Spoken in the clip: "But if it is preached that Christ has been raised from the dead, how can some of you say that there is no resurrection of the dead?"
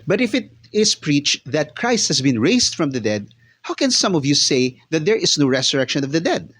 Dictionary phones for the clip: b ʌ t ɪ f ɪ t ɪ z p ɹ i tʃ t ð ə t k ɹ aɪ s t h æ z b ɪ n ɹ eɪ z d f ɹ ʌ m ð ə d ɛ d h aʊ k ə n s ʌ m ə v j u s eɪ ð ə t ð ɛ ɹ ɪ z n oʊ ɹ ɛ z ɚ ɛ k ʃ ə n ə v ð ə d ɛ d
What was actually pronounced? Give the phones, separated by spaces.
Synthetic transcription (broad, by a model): b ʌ t ɪ f ɪ t ɪ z p ɹ i tʃ t ð ə t k ɹ aɪ s t h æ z b ɪ n ɹ eɪ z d f ɹ ʌ m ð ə d ɛ d h aʊ k ə n s ʌ m ə v j u s eɪ ð ə t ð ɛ ɹ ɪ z n oʊ ɹ ɛ s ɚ ɛ k ʃ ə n ə v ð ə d ɛ d